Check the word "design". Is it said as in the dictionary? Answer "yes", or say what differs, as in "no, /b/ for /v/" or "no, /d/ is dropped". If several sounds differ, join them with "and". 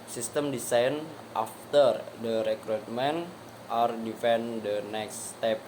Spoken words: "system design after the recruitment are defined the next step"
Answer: no, /s/ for /z/